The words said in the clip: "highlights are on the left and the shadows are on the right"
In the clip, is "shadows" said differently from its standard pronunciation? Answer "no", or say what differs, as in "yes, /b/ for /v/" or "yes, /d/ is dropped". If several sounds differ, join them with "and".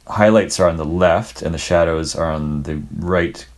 no